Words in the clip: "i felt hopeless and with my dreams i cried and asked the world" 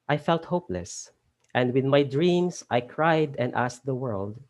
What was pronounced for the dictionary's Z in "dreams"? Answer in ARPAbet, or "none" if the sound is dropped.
S